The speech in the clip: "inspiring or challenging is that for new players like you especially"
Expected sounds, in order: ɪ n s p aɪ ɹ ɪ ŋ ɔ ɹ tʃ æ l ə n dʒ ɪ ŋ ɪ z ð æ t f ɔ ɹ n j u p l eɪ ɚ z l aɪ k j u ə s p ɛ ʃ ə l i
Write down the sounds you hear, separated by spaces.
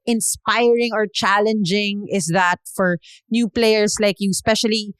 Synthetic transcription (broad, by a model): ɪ n s p aɪ ɹ ɪ ŋ ɔ ɹ tʃ æ l ə n dʒ ɪ ŋ ɪ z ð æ t f ɔ ɹ n j u p l eɪ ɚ s l aɪ k j u s p ɛ ʃ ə l i